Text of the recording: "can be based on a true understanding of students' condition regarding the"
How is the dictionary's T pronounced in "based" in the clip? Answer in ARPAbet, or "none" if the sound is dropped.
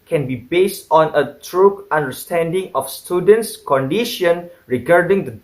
T